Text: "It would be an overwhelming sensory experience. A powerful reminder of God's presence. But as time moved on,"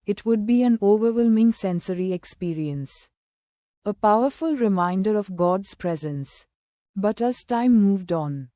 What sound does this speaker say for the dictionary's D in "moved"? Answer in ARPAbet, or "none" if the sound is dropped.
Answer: D